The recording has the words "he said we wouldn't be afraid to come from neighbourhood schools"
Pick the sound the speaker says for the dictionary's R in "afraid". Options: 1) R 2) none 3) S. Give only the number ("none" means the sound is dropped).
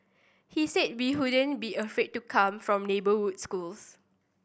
2